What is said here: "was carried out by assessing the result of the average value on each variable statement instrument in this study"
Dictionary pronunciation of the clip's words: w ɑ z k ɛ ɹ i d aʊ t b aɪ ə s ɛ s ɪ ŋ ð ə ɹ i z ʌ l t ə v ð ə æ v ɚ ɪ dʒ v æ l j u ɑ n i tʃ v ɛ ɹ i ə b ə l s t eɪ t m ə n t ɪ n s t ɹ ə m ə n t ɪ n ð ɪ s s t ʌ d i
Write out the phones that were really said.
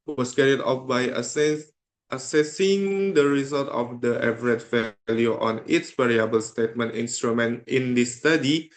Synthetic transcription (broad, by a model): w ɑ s k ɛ ɹ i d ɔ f b aɪ ə s ɛ s ɪ ŋ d ə ɹ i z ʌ l t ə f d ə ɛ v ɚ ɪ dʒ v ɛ l j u ɑ n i s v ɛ ɹ i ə b ə l s t eɪ t m ə n t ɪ n s t ɹ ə m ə n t ɪ n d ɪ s s t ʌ d i